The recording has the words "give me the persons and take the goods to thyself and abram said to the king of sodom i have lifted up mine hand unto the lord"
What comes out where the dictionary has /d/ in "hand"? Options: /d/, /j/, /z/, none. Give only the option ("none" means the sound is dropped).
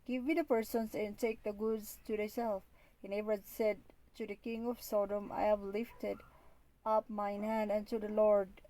/d/